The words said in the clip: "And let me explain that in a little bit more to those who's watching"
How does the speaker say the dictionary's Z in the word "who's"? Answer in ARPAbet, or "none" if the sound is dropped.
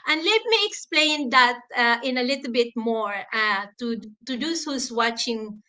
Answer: S